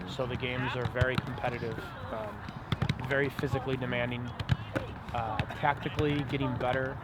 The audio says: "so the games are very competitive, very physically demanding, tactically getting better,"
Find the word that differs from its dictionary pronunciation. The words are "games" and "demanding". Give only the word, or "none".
none